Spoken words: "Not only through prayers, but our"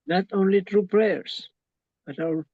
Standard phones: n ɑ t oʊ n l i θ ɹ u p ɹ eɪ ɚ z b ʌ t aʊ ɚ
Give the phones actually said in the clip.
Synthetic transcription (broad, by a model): n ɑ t oʊ n l i t ɹ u p ɹ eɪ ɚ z b ʌ t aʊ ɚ